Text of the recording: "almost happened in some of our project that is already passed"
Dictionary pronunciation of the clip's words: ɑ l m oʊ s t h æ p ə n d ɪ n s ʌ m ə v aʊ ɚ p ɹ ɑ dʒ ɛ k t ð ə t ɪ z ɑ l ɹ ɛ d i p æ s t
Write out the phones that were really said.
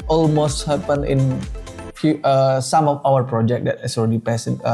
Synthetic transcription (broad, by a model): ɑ l m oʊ s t h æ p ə n ɪ n s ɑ m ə f aʊ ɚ p ɹ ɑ dʒ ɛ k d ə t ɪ s ɑ l ɹ ɛ d i p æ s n